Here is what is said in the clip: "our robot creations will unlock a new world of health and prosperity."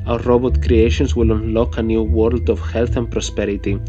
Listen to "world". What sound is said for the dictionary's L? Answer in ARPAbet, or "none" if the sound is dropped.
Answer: L